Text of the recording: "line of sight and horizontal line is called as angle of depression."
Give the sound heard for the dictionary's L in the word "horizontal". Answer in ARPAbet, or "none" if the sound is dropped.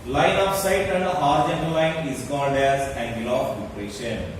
N